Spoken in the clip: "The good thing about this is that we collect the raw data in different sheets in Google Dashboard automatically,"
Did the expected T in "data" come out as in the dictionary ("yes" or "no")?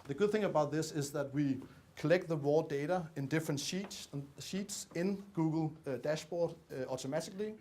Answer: yes